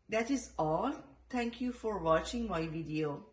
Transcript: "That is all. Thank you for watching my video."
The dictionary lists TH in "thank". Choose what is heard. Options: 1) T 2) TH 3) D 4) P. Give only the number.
1